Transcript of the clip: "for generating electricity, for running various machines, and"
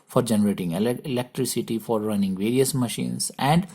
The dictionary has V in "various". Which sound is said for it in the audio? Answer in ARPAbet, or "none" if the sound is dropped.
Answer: V